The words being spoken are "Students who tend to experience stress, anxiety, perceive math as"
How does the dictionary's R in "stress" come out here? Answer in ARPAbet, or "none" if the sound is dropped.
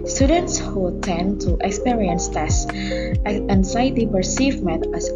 none